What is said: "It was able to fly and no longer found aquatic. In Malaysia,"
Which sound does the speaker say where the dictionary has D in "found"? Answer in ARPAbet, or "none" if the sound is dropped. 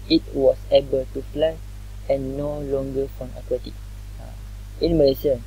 none